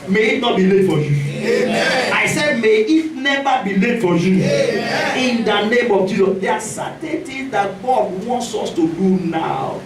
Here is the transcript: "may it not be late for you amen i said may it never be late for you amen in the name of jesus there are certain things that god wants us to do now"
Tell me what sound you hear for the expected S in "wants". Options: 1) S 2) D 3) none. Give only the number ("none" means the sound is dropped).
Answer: 1